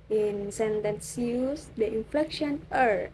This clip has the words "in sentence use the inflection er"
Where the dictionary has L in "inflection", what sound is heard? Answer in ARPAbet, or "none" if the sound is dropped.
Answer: L